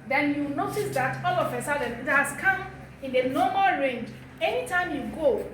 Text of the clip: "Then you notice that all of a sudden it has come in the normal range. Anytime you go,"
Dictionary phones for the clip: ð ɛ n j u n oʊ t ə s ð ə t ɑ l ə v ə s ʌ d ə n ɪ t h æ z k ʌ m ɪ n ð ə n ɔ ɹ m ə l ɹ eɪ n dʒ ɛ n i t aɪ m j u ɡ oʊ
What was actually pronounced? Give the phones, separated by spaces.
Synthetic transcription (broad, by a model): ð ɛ n j u n oʊ t ə s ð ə t ɑ l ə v ə s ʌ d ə n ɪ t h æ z k ʌ m ɪ n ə n ɔ m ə l ɹ eɪ n dʒ ɛ n i t aɪ m j u ɡ oʊ